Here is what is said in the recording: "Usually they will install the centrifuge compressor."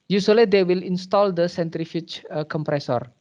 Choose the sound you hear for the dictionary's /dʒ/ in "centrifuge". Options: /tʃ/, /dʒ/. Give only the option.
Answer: /tʃ/